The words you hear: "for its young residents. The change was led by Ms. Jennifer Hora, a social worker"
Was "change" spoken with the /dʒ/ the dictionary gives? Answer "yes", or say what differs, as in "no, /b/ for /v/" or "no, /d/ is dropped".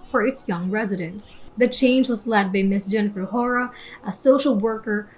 yes